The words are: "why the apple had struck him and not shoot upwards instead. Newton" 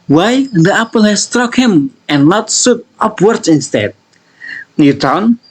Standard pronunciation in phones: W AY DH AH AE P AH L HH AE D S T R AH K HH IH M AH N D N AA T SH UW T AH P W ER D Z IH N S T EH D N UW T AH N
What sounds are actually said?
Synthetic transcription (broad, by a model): W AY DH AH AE P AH L HH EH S S T R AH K HH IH M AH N N AA T S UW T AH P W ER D S IH N S T EH D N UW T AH N